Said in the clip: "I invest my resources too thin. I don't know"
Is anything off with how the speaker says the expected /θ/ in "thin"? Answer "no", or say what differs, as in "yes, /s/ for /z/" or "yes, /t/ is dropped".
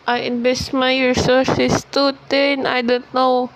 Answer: yes, /t/ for /θ/